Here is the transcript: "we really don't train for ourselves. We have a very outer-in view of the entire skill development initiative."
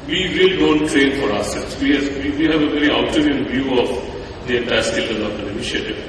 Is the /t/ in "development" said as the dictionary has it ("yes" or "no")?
no